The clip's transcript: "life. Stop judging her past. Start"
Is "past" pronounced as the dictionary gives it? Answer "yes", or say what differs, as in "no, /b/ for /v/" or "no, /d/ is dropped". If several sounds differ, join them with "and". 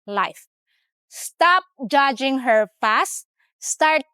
no, /f/ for /p/